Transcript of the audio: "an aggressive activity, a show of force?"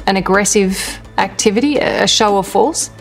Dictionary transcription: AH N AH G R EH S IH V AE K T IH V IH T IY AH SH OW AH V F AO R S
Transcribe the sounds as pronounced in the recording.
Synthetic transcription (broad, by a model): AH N AH G R EH S IH V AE K T IH V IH T IY AH SH OW AH V F AO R S